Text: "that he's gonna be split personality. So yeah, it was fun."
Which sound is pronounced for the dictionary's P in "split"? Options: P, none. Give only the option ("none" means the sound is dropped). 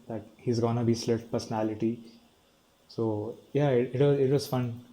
none